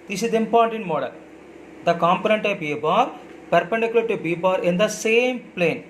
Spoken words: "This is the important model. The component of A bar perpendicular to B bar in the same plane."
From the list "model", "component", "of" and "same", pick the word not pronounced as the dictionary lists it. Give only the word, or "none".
of